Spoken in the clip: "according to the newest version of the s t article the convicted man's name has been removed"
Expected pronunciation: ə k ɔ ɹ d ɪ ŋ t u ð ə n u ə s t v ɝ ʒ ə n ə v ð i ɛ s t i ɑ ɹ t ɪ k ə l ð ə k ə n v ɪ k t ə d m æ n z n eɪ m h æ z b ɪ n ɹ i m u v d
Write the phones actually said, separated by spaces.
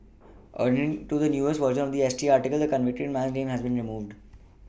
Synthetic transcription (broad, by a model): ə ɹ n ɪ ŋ t u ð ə n u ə s v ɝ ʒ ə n ə v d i ɛ s t i ɑ ɹ t ɪ k ə l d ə k ə n v ɪ k t ə d m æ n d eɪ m h æ z b ɪ n ɹ i m u v d